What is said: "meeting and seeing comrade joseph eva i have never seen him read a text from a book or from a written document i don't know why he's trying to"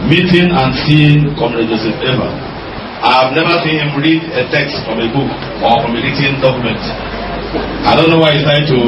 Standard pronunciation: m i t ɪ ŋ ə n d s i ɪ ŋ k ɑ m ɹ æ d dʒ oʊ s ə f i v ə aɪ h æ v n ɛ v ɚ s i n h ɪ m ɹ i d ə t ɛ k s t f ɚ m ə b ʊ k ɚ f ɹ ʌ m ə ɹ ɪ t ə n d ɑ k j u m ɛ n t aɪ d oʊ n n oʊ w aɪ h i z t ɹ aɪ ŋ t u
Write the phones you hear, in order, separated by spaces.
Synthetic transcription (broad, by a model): m i t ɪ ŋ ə n s i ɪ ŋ k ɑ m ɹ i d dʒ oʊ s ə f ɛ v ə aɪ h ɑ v n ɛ v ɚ s i n h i m ɹ i d ə t ɛ k s t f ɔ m ə b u k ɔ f ɹ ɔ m ə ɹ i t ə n d ɑ k j u m ɛ n t aɪ d oʊ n n oʊ w aɪ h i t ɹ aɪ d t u